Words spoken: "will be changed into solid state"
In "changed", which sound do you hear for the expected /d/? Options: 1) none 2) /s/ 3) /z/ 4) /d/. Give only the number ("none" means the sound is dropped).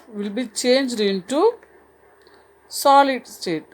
4